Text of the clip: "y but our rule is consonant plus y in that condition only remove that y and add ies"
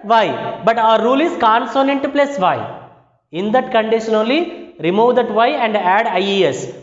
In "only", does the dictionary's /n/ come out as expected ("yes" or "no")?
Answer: no